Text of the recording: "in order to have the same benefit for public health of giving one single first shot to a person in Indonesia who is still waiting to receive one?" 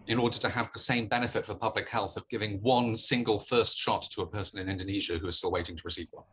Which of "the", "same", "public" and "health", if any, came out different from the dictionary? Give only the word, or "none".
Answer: none